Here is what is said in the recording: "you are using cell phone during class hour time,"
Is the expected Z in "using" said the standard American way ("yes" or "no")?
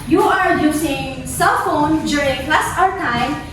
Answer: no